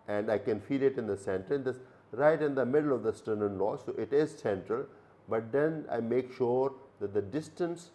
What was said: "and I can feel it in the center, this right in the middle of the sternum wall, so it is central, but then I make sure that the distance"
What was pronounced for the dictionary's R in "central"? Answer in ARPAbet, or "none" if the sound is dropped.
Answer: R